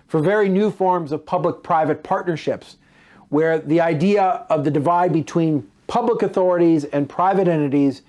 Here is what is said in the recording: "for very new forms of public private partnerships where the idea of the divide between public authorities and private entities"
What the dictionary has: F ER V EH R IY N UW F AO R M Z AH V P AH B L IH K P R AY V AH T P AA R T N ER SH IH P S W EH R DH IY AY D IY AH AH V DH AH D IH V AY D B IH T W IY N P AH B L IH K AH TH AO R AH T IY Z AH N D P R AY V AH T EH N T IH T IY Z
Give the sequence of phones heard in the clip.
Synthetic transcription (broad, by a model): F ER V EH R IY N UW F AO R M Z AH V P AH B L IH K P R AY V AH T P AA R T N ER SH IH P S W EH R DH IY AY D IY AH AH V DH AH D IH V AY D B IH T W IY N P AH B L IH K AH TH AO R AH T IY Z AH N P R AY V AH T EH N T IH T IY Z